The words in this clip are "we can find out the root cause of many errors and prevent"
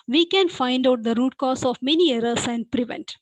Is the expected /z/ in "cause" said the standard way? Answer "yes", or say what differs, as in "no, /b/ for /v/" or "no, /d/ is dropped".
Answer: no, /s/ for /z/